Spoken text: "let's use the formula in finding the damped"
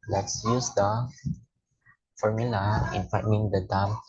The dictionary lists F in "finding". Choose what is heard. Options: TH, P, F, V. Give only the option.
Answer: P